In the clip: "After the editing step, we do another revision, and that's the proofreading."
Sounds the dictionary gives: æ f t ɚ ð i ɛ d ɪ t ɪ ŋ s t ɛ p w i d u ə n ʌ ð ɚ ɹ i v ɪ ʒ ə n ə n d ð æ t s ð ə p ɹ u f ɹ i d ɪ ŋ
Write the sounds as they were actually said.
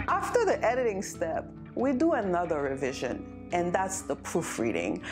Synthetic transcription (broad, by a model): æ f t ɚ ð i ɛ d ɪ t ɪ ŋ s t ɛ p w i d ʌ ə n ʌ ð ɚ ɹ i v ɪ ʒ ə n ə n ð æ t s ð ə p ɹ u f ɹ i d ɪ ŋ